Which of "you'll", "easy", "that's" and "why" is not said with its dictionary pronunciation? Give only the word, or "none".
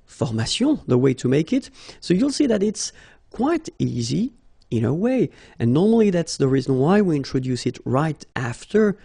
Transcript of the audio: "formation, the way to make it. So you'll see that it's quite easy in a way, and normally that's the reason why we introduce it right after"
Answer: none